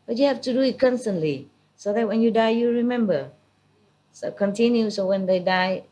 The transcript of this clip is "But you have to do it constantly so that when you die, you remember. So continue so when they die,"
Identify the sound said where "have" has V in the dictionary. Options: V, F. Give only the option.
F